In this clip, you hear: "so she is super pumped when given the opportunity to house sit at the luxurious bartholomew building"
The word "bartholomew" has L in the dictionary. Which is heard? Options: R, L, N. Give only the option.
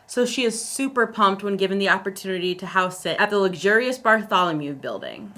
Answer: L